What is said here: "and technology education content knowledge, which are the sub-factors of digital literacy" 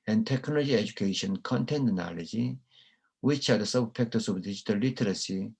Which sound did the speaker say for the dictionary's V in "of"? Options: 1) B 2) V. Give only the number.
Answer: 1